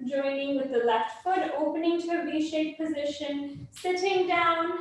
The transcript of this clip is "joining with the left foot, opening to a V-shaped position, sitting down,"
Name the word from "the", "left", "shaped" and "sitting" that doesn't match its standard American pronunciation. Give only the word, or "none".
shaped